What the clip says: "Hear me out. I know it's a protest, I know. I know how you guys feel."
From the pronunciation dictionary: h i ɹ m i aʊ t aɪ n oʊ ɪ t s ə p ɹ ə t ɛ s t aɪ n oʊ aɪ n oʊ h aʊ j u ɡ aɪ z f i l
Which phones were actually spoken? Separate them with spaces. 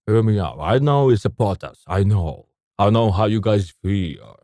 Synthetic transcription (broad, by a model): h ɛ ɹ m i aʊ aɪ n oʊ ɪ t s ə p ə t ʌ s aɪ n oʊ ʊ n oʊ h aʊ j u ɡ aɪ z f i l